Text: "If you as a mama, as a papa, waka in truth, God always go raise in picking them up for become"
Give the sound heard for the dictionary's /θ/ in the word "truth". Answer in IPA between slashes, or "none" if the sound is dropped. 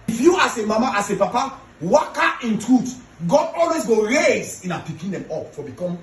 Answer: /t/